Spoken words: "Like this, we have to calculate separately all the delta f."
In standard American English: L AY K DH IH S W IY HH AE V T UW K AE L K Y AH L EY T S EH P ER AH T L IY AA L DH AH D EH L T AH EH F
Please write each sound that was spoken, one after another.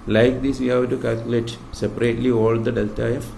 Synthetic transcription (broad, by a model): L AY K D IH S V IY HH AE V T UW K AE L K Y AH L EY T S EH P ER AH T L IY AA L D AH D EH L T AH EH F